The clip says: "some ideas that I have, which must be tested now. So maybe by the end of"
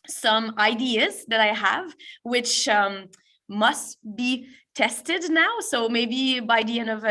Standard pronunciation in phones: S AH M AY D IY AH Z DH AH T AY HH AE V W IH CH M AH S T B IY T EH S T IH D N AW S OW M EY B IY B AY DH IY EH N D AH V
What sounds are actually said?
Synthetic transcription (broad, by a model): S AH M AY D IY AH Z DH AH T AY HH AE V W IH CH M AH S T B IY T EH S T IH D N AW S OW M EY B IY B AY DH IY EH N AH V